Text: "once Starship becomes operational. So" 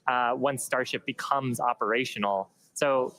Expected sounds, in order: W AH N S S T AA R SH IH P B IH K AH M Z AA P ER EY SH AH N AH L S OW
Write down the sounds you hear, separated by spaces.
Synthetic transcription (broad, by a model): W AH N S S T AA R SH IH P B IH K AH M Z AA P ER EY SH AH N L S OW